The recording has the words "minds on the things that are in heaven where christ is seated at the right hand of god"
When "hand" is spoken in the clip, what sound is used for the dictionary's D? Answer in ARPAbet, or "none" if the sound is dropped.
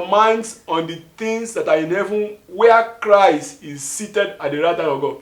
none